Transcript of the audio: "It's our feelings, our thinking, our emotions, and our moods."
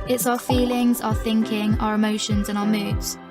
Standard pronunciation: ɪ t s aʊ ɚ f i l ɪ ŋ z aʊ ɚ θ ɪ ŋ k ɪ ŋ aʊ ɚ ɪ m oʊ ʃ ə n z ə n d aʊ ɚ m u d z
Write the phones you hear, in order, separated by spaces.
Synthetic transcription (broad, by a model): ɪ t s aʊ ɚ f i l ɪ ŋ z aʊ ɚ θ ɪ ŋ k ɪ ŋ aʊ ɚ ɪ m oʊ ʃ ə n z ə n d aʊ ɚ m u d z